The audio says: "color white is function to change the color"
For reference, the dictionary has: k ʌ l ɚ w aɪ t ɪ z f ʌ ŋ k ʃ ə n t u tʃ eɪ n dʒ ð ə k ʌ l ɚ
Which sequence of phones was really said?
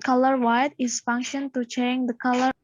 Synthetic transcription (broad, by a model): k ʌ l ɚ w aɪ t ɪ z f ʌ ŋ k ʃ ə n t u tʃ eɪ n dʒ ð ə k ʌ l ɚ